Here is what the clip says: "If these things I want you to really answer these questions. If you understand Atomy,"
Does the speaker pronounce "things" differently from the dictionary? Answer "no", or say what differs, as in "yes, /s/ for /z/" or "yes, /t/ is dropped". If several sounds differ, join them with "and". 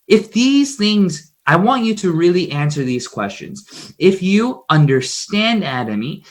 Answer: no